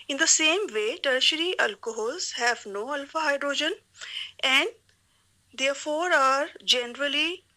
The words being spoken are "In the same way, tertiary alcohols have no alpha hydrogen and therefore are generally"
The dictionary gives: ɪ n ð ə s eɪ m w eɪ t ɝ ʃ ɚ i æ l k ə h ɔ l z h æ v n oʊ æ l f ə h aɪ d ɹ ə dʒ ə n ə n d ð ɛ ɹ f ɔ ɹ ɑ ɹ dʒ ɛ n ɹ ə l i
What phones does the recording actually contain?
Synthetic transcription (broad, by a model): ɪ n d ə s eɪ m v eɪ t ɝ ʃ ɚ i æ l k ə h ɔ l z h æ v n oʊ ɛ l f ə h aɪ d ɹ ə dʒ ə n ə n d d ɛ ɹ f ɔ ɹ ɑ ɹ dʒ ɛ n ɹ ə l i